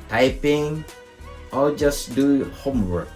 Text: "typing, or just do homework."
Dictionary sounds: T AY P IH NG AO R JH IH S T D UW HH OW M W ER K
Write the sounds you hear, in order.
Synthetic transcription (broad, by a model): T AY P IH NG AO L JH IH S D UW HH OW M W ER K